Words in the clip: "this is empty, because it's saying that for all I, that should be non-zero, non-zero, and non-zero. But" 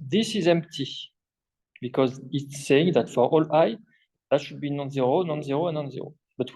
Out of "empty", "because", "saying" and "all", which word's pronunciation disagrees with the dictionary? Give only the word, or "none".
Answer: none